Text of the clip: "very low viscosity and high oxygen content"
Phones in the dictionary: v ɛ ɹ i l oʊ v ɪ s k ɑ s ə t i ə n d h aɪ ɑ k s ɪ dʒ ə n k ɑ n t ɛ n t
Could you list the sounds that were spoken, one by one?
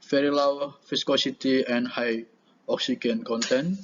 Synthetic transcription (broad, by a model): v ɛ ɹ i l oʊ f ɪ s k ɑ s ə t i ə n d h aɪ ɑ k s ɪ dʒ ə n k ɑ n t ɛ n